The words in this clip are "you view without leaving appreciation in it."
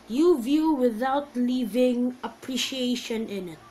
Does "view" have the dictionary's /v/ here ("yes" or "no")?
yes